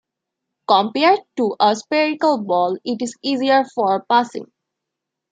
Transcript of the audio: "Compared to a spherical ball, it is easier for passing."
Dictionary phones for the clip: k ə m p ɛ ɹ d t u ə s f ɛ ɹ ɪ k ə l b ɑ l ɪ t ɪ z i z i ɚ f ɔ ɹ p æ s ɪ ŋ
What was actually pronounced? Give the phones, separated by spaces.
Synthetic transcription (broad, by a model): k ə m p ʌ ɹ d t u ə s p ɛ ɹ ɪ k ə l b ɑ l ɪ t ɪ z i z i ɚ f ɔ ɹ p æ s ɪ ŋ